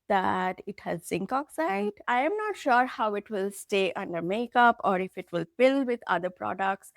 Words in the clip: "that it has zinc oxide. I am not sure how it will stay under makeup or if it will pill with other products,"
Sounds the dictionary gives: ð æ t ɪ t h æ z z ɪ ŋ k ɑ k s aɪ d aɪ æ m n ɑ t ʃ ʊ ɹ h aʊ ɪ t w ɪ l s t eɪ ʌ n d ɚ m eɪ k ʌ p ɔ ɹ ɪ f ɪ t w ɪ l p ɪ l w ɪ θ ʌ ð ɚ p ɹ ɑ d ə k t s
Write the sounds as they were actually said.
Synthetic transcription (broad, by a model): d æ t ɪ t h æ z z ɪ ŋ k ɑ k s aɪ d aɪ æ m n ɑ t ʃ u ɹ h aʊ ɪ t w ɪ l s t eɪ ʌ n d ɚ m eɪ k ʌ p ɔ ɹ ɪ f ɪ t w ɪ l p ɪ l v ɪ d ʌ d ɚ p ɹ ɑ d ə k t s